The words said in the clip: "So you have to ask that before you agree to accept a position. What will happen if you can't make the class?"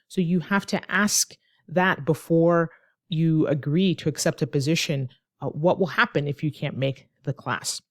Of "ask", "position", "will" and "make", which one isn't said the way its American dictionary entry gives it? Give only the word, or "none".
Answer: none